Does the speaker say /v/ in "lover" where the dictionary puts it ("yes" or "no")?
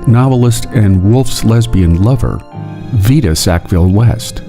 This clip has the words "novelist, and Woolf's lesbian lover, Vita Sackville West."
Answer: yes